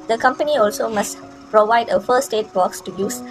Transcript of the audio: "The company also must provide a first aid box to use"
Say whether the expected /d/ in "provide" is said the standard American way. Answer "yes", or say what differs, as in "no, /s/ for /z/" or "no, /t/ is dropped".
yes